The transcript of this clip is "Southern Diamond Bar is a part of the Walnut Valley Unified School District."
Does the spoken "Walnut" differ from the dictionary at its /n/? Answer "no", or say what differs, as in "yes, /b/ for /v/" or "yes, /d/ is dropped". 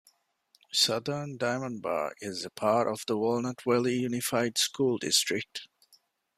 no